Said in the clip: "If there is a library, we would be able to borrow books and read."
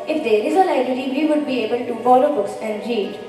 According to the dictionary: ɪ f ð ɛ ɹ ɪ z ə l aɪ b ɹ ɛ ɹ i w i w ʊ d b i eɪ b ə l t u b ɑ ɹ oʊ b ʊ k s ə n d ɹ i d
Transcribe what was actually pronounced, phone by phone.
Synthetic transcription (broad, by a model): ɪ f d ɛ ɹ ɪ z ə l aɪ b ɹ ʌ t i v i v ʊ d b i eɪ b ə l t u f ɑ l oʊ b ʊ k s ə n d ɹ i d